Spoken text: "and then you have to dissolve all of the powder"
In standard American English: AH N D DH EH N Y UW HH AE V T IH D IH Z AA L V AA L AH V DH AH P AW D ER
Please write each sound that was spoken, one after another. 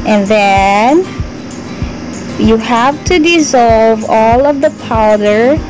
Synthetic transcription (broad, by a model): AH N DH EH N Y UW HH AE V T IH D IH Z AA L V AA L AH V DH AH P AW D ER